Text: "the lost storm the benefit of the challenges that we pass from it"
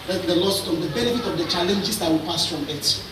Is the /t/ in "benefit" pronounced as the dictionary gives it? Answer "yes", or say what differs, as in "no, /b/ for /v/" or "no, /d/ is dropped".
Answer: yes